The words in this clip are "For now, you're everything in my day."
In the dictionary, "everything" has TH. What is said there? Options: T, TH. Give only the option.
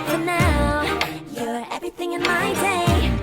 TH